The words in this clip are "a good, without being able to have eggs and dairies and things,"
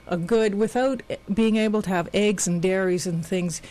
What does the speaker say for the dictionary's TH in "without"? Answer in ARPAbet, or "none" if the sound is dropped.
TH